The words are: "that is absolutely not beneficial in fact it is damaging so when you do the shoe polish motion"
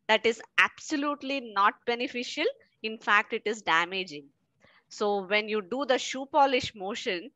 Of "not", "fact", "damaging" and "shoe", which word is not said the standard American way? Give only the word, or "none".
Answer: none